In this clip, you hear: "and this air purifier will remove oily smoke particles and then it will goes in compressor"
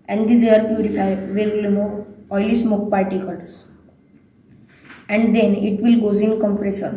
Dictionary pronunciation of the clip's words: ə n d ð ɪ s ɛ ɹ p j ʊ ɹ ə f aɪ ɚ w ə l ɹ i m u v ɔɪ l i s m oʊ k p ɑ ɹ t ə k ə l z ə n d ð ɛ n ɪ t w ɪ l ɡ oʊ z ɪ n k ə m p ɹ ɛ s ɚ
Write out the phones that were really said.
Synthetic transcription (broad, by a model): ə n d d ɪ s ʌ ɹ p j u ɹ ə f aɪ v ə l l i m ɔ ɔɪ l i s m oʊ k p ɑ ɹ t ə k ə l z ə n d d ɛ n ɪ t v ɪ l ɡ oʊ z ɪ n k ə m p ɹ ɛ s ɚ